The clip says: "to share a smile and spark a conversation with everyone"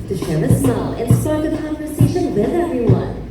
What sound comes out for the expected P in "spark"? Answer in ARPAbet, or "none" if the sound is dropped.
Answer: none